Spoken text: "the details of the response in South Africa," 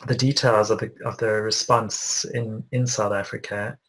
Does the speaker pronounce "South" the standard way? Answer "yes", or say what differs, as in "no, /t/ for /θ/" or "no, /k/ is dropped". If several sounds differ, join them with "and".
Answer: yes